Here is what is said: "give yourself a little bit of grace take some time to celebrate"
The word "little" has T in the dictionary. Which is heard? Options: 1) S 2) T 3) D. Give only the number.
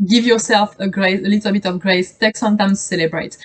1